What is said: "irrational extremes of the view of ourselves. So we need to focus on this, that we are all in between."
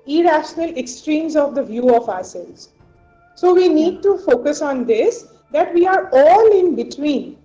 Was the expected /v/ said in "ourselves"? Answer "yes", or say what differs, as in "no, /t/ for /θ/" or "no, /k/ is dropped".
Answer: no, /v/ is dropped